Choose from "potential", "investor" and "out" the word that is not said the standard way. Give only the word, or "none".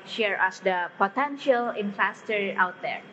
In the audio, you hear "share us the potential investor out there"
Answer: investor